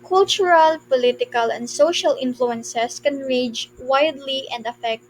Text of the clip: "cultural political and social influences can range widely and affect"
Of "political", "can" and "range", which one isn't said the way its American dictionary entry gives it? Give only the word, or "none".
range